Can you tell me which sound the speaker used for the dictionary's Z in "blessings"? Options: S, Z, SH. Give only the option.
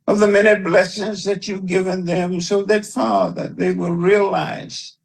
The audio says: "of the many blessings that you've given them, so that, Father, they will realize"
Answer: Z